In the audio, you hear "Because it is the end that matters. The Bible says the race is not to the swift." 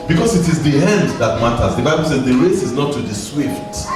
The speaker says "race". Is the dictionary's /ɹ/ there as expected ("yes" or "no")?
yes